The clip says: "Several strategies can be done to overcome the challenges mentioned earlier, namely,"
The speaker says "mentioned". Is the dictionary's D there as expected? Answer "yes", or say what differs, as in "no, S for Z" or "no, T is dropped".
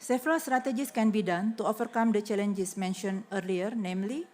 no, D is dropped